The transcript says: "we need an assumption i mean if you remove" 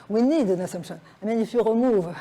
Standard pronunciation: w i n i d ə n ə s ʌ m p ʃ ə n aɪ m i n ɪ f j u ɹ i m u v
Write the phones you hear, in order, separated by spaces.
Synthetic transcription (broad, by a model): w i n i d ə n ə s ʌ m ʃ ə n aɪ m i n ɪ f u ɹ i m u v